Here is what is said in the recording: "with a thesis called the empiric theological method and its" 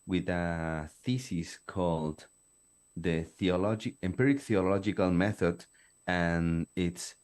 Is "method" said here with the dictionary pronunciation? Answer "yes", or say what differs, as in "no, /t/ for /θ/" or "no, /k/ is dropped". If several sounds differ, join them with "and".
yes